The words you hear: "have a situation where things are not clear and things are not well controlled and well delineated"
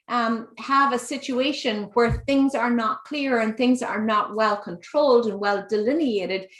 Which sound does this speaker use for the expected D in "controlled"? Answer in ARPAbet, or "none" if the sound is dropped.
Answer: D